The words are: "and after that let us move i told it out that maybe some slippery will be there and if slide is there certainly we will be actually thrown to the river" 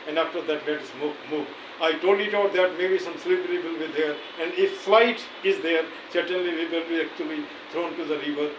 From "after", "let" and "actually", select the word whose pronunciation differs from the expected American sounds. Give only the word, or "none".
let